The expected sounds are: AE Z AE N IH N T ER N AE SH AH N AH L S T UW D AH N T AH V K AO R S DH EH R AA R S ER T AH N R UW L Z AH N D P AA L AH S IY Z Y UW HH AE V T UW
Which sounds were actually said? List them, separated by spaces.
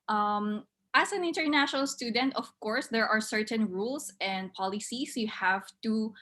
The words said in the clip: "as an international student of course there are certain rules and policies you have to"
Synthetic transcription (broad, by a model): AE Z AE N IH N T ER N AE SH AH N AH L S T UW D AH N T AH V K AO R S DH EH R AA R S ER T AH N R UW L S AH N D P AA L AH S IY S Y UW HH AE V T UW